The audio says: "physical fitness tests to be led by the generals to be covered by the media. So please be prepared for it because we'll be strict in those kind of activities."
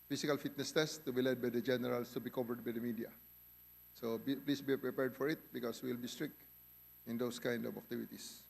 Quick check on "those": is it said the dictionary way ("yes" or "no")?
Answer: no